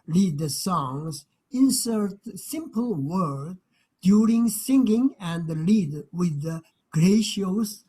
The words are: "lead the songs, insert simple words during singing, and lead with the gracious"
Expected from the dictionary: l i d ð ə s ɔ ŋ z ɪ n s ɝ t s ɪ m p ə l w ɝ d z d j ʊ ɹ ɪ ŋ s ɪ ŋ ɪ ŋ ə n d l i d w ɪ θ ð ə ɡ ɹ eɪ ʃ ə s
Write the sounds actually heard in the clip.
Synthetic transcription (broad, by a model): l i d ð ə s ɔ ŋ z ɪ n s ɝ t s ɪ m p ə l w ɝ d d j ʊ ɹ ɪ ŋ s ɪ ŋ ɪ ŋ ə n d l i d w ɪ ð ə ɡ ɹ eɪ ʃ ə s